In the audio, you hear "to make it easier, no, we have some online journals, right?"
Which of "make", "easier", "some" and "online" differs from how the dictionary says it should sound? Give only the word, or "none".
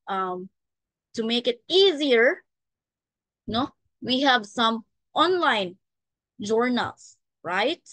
none